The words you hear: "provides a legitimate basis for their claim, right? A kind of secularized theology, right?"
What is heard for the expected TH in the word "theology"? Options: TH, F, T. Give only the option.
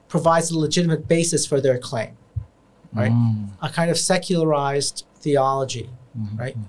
TH